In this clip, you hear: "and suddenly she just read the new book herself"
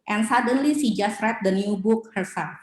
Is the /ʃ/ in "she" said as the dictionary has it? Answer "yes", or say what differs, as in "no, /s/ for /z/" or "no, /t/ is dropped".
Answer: no, /s/ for /ʃ/